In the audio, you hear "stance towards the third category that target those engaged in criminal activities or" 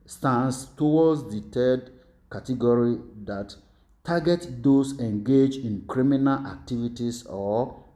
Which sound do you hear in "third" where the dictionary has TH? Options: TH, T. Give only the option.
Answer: T